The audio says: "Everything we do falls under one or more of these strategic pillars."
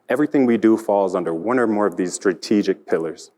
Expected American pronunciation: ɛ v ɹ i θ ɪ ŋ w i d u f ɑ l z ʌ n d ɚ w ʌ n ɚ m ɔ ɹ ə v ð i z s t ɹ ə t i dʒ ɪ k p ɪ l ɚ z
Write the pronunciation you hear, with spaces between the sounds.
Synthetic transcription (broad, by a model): ɛ v ɹ i θ ɪ ŋ w i d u f ɑ l z ʌ n d ɚ w ʌ n ɚ m ɔ ɹ ə v ð i z s t ɹ ə t i dʒ ɪ k p ɪ l ɚ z